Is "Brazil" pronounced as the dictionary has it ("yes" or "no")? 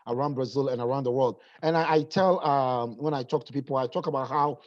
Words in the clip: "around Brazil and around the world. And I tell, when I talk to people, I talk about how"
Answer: yes